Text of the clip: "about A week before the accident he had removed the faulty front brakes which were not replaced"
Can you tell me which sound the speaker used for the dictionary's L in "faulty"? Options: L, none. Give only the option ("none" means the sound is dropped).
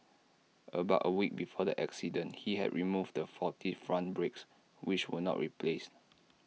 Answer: none